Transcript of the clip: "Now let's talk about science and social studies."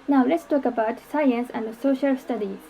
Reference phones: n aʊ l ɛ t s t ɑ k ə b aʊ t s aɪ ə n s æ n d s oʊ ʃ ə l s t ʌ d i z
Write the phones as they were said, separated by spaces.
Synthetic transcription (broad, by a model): n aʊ l ɛ t s t ɑ k ə b aʊ t s aɪ ə n s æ n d s oʊ ʃ ə l s t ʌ d i